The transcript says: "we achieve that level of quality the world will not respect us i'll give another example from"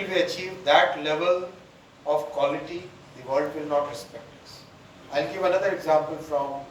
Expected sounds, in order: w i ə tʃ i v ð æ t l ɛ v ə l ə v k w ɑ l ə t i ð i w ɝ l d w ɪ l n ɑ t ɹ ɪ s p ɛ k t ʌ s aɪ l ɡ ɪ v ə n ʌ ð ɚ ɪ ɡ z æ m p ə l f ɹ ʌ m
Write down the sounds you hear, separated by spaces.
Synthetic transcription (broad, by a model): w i ə tʃ i v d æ t l ɛ v ə l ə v k w ɑ l ə t i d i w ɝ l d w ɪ l n ɑ t ɹ ɪ s p ɛ k t ʌ s aɪ l ɡ ɪ v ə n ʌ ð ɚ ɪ ɡ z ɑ m p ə l f ɹ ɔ m